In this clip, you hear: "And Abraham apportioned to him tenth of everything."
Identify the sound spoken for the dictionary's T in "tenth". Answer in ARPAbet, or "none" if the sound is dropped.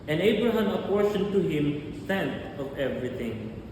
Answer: S